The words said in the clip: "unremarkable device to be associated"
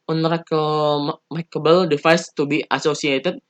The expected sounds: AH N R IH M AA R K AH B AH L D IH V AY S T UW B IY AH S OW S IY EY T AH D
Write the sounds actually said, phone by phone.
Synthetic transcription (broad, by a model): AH N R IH M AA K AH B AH L D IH F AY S T UW B IY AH S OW S IY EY T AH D